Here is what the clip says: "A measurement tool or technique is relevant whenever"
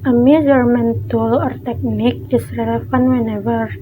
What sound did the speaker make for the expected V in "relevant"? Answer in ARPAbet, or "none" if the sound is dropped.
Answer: F